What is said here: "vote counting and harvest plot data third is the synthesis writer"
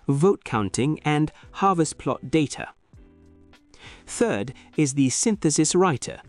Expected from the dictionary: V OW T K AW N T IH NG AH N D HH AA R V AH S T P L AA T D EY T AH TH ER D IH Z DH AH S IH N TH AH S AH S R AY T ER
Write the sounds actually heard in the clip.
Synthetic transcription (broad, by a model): V OW T K AW N T IH NG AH N HH AA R V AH S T P L AA T D EY T AH TH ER D IH Z DH AH S IH N TH AH S AH S R AY T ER